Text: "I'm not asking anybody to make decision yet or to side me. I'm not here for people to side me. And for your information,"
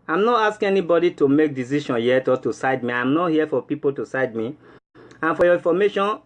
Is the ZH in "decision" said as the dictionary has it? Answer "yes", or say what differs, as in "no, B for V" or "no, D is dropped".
no, SH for ZH